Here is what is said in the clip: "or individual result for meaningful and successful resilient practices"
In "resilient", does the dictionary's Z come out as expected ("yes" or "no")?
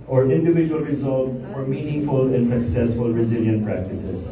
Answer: yes